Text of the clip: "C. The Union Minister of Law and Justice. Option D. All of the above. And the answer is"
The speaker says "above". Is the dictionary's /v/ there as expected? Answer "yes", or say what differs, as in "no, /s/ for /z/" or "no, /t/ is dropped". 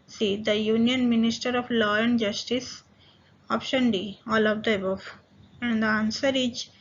no, /f/ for /v/